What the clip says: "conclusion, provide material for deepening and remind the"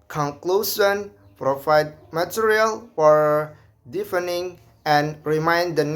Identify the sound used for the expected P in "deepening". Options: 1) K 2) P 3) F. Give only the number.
3